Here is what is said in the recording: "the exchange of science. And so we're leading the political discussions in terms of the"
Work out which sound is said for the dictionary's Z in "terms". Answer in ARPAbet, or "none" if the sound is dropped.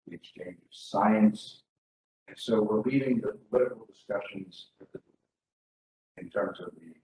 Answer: Z